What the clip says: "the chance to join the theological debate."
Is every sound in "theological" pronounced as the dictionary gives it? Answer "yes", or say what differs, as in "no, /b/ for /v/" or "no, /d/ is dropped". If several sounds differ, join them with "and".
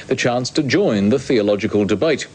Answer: yes